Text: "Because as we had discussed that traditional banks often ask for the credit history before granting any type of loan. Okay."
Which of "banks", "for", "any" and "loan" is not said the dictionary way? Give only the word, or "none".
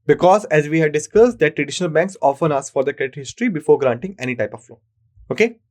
loan